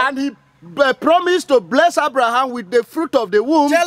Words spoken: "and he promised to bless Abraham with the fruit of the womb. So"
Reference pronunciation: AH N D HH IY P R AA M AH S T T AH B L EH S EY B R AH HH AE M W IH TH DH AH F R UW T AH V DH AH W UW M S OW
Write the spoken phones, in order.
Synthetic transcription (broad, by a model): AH N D HH IY P R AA M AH S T T AH B L EH S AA B R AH HH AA M W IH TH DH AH F R UW T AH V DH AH W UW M